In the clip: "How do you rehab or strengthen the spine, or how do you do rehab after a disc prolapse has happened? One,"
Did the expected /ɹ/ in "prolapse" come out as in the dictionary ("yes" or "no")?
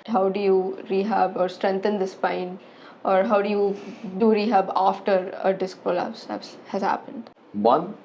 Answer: no